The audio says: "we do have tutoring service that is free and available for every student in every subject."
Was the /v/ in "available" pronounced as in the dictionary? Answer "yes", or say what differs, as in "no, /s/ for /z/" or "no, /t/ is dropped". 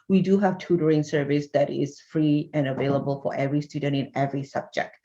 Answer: yes